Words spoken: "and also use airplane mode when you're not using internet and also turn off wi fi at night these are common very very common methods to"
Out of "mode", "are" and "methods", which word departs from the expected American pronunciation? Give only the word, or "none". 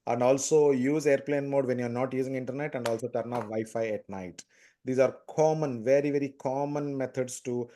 methods